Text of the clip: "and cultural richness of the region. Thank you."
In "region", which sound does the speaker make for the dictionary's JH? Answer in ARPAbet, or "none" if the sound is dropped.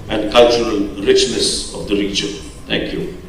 CH